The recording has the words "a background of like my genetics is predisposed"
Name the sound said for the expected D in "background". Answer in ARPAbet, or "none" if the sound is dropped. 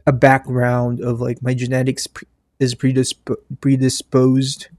D